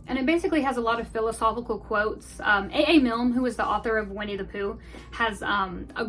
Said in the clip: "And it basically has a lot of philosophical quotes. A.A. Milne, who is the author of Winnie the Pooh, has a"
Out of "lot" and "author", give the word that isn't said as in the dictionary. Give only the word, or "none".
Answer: none